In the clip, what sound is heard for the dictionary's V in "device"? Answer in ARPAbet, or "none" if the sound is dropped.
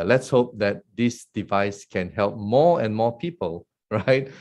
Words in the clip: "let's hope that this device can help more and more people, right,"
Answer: V